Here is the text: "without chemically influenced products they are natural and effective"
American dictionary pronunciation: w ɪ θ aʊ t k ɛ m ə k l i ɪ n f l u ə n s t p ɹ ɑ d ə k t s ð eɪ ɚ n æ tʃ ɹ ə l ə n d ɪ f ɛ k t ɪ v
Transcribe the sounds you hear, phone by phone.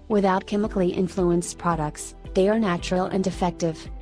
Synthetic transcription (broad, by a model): w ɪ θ aʊ t k ɛ m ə k l i ɪ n f l u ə n s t p ɹ ɑ d ə k t s ð eɪ ɚ n æ tʃ ɹ ə l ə n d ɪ f ɛ k t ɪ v